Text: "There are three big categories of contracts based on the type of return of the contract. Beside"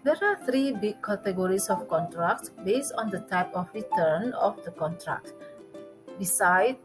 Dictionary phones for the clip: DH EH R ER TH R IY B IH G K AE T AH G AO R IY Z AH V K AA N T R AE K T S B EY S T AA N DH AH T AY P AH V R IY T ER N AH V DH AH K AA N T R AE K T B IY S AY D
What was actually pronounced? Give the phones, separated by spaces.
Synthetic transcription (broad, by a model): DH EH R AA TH R IY B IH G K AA T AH G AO R IY S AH F K AA N T R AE K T B EY S T AA N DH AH T AY P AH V R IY T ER N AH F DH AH K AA N T R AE K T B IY S AY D